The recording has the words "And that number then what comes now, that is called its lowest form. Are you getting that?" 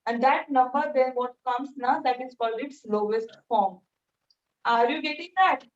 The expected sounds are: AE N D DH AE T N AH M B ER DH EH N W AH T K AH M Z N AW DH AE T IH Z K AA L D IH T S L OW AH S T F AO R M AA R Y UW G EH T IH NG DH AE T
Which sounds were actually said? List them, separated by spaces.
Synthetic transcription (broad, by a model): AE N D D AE T N AH M B ER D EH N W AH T K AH M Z N AW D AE T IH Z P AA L IH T S L OW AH S T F AO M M AA R Y UW G EH T IH NG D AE T